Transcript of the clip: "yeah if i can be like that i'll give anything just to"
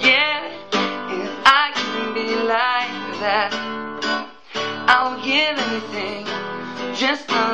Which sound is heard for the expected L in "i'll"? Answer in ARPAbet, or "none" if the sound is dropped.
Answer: N